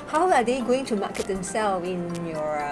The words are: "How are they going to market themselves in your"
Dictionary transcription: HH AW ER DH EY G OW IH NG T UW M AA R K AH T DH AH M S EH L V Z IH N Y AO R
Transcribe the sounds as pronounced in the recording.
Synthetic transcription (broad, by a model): HH AW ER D EY G OW IH NG T UW M AA K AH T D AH M S EH L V IH N Y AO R